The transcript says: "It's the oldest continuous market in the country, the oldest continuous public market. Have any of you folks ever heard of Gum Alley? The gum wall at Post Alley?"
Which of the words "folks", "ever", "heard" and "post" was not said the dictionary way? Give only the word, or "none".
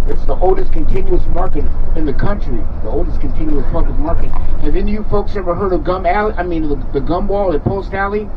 none